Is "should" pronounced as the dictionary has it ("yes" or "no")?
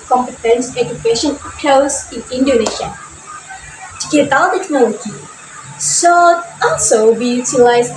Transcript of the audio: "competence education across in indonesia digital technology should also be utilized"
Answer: no